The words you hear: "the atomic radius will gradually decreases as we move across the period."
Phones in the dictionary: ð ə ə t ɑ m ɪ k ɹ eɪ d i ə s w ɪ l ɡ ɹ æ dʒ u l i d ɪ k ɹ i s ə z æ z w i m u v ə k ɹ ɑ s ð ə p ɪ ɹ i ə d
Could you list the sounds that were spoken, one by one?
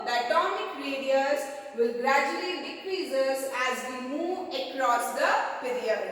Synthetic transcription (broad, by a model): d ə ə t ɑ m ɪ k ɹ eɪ d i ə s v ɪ l ɡ ɹ æ dʒ u l i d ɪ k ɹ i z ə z æ z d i m u v ə k ɹ ɑ s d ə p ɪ ɹ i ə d